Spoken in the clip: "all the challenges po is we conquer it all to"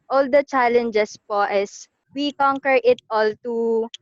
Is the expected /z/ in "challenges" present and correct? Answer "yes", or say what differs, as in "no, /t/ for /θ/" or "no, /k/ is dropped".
no, /s/ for /z/